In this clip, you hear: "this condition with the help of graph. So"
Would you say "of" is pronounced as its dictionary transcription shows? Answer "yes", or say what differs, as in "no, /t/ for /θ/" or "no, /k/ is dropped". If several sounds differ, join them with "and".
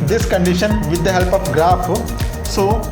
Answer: no, /p/ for /v/